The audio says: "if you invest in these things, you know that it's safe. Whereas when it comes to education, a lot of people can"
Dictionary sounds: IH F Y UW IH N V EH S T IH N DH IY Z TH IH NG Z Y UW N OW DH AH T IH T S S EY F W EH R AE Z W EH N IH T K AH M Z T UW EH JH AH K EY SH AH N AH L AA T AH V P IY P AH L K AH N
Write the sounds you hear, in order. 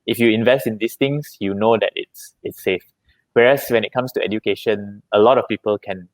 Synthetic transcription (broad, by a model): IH F Y UW IH N V EH S T IH N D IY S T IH NG S Y UW N OW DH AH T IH T S S EY F W EH R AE S W EH N IH T K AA M S T UW EH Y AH K EY SH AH N AH L AA T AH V P IY P AH L K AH N